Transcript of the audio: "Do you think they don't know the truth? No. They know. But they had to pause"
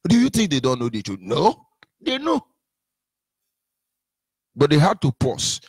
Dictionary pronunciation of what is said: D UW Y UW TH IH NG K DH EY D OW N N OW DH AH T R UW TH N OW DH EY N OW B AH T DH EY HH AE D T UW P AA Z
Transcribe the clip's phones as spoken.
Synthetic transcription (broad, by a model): D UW Y UW TH IH NG K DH EY D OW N N OW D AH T UW N OW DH EY N OW B AH T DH EY HH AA D T UW P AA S